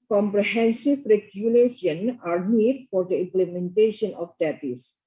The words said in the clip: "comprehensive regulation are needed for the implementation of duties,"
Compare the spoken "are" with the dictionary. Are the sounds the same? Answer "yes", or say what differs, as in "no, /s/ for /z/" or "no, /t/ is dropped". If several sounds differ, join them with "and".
yes